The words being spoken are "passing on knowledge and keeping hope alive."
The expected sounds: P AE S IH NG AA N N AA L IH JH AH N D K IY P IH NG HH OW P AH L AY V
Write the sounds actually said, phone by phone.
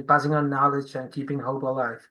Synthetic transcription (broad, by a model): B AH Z IH NG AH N N AA L IH JH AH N K IY P IH NG HH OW B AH L AY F